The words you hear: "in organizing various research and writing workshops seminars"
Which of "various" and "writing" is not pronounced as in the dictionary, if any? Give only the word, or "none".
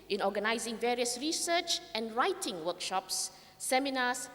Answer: none